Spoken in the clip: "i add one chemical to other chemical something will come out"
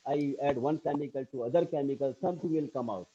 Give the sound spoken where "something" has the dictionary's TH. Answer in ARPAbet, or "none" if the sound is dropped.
T